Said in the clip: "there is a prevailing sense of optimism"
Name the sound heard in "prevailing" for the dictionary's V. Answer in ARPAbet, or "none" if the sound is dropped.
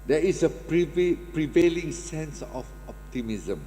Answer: V